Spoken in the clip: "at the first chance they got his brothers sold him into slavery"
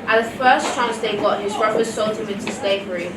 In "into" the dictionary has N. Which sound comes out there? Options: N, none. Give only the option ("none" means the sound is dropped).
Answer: N